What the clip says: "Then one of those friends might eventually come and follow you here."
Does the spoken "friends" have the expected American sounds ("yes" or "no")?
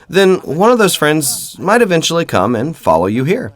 yes